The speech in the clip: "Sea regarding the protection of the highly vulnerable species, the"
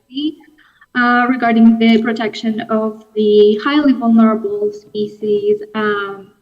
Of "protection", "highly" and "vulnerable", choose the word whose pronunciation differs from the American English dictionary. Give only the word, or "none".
none